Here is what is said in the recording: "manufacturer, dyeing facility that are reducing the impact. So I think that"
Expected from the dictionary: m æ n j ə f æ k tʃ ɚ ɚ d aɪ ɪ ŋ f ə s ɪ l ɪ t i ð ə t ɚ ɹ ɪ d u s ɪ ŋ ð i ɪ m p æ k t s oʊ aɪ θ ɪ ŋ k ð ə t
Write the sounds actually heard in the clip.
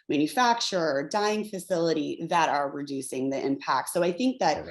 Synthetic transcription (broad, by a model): m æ n j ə f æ k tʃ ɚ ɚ d aɪ ɪ ŋ f ə s ɪ l ɪ t i ð ə t ɚ ɹ ɪ d u s ɪ ŋ ð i ɪ m p æ k t s oʊ aɪ θ ɪ ŋ k ð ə t